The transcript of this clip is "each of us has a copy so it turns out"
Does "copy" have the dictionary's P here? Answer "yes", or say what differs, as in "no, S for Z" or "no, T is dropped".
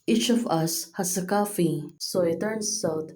no, F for P